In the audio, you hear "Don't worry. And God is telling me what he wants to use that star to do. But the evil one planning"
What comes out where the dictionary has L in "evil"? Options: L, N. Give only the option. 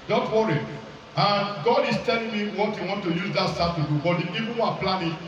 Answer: N